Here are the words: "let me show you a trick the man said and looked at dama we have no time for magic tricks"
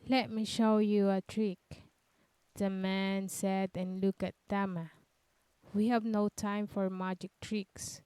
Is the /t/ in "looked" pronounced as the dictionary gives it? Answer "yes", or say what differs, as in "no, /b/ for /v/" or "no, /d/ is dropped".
no, /t/ is dropped